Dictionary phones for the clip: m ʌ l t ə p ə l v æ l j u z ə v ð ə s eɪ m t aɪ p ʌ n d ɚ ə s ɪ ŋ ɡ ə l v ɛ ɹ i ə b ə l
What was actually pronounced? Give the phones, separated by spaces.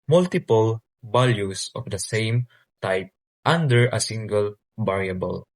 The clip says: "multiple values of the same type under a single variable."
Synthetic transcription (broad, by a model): m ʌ l t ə p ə l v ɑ l j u s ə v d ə s eɪ m t aɪ p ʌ n d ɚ ə s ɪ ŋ ɡ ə l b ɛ ɹ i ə b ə l